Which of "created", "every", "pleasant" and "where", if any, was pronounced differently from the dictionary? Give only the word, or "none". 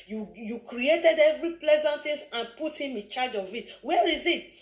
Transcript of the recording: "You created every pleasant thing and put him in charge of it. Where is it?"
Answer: none